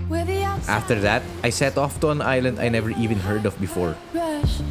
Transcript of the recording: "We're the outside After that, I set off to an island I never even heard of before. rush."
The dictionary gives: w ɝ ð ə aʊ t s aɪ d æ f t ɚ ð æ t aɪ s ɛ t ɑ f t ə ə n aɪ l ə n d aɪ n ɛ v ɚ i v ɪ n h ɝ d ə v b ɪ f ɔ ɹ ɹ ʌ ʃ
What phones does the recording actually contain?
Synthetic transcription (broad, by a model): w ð t aɪ f t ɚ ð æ t aɪ s ɛ t ɑ f t ə ə n aɪ l ə n d aɪ n ɛ v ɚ i v ɪ n h ɝ d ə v b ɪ f ɔ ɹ ɹ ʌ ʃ